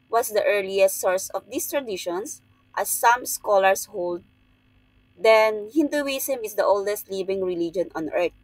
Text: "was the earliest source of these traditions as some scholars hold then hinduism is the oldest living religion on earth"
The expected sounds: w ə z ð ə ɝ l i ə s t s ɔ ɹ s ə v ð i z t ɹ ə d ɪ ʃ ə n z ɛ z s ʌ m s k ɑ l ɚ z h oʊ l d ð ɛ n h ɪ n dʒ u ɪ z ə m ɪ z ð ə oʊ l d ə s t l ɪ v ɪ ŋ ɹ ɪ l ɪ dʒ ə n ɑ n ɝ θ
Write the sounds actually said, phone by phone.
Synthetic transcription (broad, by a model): w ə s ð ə ɝ l i ə s t s ɔ ɹ s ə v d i s t ɹ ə d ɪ ʃ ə n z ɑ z s ʌ m s k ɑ l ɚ s h oʊ l d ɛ n h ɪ n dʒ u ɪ s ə m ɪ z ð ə oʊ l d ə s t l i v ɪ ŋ ɹ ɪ l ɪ dʒ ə n ɑ n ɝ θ